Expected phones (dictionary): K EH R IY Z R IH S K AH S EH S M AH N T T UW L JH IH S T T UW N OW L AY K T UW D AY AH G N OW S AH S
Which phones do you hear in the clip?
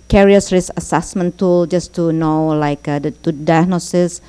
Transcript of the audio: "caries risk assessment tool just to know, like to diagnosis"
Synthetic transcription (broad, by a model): K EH R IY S R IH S AH S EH S M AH N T T UW L JH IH S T T UW N OW L AY K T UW D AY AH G N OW S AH S